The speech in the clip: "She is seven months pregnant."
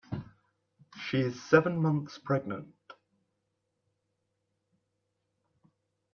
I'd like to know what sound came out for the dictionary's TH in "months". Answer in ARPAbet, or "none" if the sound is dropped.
TH